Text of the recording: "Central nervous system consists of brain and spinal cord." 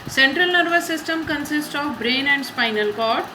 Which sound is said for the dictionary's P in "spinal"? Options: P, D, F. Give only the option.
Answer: P